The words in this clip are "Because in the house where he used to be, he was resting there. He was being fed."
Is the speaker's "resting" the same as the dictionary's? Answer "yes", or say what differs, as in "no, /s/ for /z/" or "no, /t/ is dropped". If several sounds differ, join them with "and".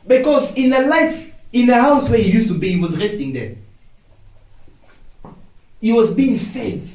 yes